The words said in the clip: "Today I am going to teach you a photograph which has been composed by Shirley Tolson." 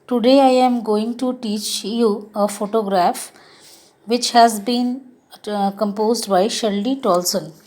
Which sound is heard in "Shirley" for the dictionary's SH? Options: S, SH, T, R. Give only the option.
SH